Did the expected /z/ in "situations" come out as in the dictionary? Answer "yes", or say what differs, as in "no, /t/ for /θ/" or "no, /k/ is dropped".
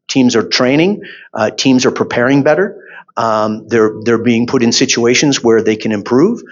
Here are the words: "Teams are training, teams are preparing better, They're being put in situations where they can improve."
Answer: yes